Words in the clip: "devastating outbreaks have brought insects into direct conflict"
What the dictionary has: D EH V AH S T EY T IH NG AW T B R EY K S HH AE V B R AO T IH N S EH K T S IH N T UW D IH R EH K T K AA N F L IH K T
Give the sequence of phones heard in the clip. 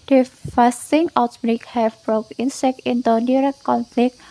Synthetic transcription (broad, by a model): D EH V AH S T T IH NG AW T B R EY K HH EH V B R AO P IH N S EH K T IH N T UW D IH R EH K T K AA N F L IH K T